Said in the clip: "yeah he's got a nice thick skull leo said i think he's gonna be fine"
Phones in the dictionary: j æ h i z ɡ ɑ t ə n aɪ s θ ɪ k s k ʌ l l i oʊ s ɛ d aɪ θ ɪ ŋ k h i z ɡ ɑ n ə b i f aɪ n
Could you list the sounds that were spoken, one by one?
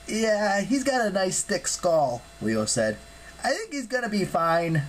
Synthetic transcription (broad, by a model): j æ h i z ɡ ɑ t ə n aɪ s t ɪ k s k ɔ l w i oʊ s ɛ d aɪ θ ɪ ŋ k h i z ɡ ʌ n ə b i f aɪ n